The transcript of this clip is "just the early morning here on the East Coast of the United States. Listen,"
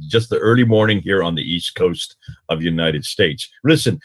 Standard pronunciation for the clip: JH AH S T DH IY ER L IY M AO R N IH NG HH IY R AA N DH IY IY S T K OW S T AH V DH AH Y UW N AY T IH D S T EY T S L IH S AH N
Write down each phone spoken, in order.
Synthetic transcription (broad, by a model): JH AH S T DH IY ER L IY M AO R N IH NG HH IY R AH N DH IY IY S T K OW S T AH V Y UW N AY T IH D S T EY T S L IH S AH N